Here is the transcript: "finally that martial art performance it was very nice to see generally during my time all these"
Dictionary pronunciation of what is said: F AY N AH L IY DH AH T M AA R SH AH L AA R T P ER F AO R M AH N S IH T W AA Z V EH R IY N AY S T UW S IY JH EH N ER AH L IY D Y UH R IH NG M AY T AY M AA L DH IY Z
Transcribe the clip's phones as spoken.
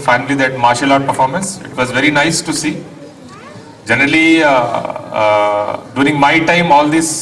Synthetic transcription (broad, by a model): F AY N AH L IY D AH T M AA R SH AH L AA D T P ER F AO R M AH N S IH T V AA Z V EH R IY N AY S T UW S IY JH EH N ER AH L IY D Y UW R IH NG M AY T AY M AA L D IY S